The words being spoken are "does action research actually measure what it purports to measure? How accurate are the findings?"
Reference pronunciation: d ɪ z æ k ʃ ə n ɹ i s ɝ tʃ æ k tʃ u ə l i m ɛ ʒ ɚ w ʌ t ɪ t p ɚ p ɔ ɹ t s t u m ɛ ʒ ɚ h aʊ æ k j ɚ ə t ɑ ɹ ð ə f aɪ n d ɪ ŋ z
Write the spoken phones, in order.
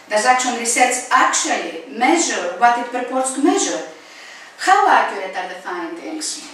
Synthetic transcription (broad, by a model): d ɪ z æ k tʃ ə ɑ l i s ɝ s æ k tʃ u ə l i m ɛ ʒ ɚ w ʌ t ɪ t p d p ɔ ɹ t s t u m ɛ ʒ ɚ h aʊ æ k j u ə t ɑ ɹ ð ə f aɪ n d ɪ ŋ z